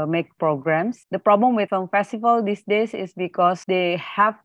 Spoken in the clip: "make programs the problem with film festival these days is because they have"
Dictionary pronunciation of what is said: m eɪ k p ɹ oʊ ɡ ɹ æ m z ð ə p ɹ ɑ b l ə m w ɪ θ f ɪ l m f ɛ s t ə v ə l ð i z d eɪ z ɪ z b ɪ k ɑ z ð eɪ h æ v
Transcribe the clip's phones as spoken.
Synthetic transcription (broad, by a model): m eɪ k p ɹ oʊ ɡ ɹ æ m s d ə p ɹ ɑ b l ə m w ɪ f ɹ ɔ m f ɛ s t ə v ə l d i s d eɪ s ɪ s b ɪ k ɑ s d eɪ h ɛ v